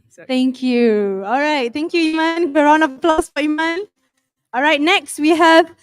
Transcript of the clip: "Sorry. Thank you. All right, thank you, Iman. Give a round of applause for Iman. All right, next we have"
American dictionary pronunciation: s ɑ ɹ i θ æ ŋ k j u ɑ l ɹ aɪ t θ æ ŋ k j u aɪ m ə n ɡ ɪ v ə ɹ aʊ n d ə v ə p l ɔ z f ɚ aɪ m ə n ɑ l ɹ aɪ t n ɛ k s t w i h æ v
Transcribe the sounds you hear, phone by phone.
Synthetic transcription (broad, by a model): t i ŋ k j u ɑ l ɹ aɪ t t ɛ ŋ k j u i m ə n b ə ɹ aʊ n ə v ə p l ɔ s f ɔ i m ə n ɑ l ɹ aɪ t n ɛ k s t w i h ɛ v